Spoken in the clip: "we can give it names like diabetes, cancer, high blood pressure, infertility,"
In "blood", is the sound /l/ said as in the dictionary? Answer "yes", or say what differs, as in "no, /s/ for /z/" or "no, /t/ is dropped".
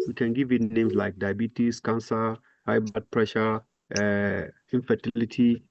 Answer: no, /l/ is dropped